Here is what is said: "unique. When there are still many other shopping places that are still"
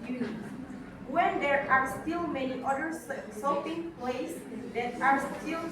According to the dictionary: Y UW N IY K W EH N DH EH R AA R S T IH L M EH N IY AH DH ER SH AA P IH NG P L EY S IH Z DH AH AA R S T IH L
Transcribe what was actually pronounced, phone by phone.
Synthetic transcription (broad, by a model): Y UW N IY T W EH N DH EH R AA R S T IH L M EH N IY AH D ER S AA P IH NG P L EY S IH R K AA R S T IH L